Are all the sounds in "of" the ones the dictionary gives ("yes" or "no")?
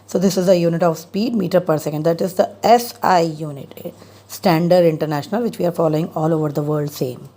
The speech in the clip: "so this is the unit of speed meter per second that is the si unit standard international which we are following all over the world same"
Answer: yes